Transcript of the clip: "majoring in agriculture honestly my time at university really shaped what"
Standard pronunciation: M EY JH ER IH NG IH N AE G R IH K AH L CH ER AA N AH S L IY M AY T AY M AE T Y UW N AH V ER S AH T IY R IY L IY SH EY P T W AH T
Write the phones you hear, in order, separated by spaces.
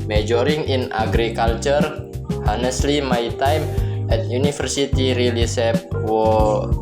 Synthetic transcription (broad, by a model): M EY JH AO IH NG IH N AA G R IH K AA L CH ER AA N AH S L IY M AY T AY M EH T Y UW N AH F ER S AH T IY R IY L IY S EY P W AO